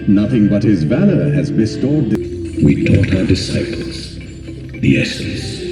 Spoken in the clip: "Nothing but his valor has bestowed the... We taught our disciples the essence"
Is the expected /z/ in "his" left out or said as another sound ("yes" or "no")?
no